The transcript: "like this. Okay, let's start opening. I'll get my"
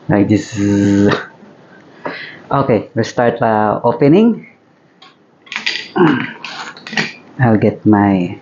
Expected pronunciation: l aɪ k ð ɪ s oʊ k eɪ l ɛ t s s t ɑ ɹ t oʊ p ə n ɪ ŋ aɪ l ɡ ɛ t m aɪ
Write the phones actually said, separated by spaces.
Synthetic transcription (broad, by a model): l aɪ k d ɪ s oʊ k eɪ w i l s s t ɑ ɹ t oʊ p ə n ɪ ŋ aɪ l ɡ ɛ t m aɪ